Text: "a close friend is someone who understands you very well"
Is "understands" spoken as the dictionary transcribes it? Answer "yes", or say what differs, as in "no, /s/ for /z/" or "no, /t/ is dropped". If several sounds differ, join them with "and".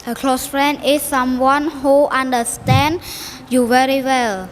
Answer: no, /z/ is dropped